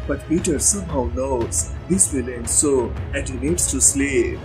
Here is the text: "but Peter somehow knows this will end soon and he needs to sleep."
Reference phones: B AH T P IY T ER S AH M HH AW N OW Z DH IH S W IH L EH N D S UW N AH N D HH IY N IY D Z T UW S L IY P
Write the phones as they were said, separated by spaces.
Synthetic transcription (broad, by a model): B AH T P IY T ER S AH M HH AW N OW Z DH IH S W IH L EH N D S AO AH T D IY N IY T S T UW S L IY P